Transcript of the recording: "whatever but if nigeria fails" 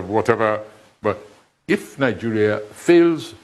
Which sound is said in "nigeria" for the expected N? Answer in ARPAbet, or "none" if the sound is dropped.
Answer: N